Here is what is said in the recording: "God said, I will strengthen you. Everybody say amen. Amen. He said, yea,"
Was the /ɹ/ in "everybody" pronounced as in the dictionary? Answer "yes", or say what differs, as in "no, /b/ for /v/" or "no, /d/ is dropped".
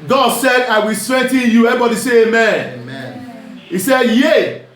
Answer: no, /ɹ/ is dropped